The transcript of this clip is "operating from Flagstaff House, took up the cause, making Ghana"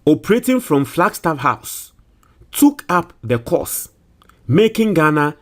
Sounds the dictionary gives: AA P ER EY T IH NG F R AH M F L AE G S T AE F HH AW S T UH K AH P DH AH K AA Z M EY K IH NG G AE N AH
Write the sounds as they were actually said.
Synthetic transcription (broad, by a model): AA P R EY T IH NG F R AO M F L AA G S T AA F HH AW S T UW K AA P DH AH K AA S M EY K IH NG G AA N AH